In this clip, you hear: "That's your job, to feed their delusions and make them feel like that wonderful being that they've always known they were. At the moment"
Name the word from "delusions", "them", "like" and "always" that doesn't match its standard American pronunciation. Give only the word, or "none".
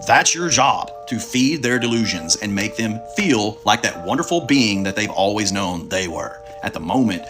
none